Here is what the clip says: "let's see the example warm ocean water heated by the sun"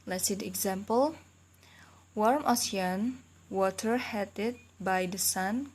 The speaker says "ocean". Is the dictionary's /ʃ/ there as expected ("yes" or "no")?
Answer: no